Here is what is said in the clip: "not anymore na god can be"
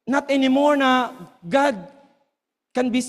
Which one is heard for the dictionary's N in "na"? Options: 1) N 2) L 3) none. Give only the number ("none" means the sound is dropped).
1